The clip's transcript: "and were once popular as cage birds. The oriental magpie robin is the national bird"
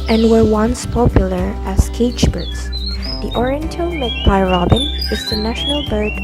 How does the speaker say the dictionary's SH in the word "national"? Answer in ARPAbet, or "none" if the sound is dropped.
SH